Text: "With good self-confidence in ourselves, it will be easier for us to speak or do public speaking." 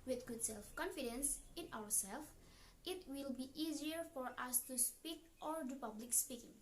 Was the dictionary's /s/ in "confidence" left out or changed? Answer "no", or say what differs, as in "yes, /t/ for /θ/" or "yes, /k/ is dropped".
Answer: no